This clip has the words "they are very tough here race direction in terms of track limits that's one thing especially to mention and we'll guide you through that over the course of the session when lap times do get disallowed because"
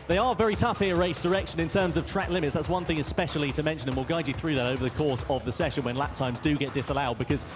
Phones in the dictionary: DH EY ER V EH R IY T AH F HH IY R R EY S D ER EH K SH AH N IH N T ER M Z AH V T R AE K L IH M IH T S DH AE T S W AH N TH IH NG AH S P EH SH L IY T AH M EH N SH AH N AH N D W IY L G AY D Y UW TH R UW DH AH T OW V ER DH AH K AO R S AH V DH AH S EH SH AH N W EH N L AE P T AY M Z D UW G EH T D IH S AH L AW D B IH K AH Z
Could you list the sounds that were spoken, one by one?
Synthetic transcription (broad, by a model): DH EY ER V EH R IY T AH F HH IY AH R EY S D ER EH K SH AH N IH N T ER M Z AH V T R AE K L IH M IH T S DH AE T S W AH N TH IH NG AH S P EH SH L IY T AH M EH N SH AH N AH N W IY L G AY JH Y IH TH R UW DH AH T OW V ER DH AH K AO R S AH V DH AH S EH SH AH N W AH N L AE P T AY M Z D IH G EH T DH IH S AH L AW D B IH K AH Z